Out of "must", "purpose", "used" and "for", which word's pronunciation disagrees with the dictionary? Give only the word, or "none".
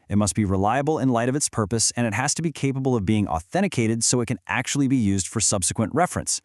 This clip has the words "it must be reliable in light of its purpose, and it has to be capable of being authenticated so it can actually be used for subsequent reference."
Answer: none